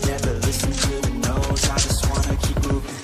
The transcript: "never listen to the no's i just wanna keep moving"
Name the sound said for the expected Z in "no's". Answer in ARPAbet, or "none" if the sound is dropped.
none